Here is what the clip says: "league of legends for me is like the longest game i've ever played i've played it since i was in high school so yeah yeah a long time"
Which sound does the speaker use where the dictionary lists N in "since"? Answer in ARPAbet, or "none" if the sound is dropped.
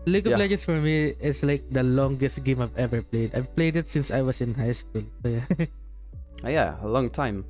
N